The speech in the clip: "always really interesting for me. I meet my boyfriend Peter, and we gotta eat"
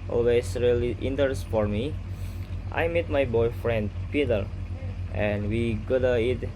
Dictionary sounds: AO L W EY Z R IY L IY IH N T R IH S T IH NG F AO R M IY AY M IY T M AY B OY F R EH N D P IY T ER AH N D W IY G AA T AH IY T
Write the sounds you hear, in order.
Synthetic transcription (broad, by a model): AO L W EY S R IY L IY T IH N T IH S F AO R M IY AY M IY T M AY B OY F R EH N D P IY T ER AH N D W IY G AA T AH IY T